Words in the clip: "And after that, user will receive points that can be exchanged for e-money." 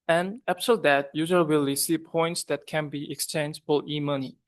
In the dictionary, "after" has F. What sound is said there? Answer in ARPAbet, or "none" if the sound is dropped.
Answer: P